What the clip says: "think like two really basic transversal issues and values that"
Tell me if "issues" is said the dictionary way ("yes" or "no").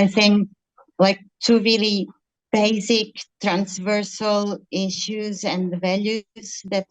yes